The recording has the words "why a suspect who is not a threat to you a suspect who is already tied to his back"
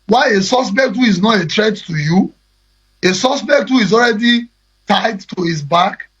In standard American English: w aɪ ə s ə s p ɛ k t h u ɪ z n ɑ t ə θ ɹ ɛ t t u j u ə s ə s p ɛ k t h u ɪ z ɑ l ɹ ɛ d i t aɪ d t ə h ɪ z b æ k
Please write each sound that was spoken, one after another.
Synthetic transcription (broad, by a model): w aɪ ə s ə s p ɛ k t h u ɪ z n ɑ t ə t ɹ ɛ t t u j u ə s ə s p ɛ k t h u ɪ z ɑ l ɹ ɛ d i t aɪ d t ə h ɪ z b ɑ k